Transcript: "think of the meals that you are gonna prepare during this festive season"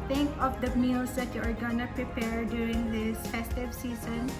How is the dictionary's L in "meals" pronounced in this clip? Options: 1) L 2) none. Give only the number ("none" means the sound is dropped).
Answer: 2